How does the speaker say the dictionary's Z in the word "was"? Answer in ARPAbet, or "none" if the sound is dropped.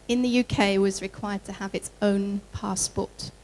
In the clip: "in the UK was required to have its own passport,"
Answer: Z